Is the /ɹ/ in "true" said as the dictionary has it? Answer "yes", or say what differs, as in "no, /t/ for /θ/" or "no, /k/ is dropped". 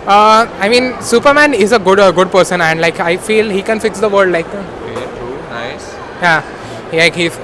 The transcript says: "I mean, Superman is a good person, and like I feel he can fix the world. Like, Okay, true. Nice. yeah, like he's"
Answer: no, /ɹ/ is dropped